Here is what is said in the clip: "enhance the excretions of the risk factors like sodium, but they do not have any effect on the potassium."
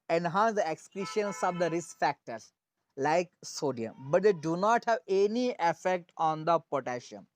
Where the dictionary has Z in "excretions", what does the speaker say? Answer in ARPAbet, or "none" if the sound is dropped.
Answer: S